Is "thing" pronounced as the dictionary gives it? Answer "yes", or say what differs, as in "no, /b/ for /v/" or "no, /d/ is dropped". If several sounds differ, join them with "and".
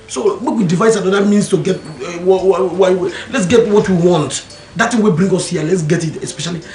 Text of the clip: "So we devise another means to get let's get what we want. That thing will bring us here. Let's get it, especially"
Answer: no, /t/ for /θ/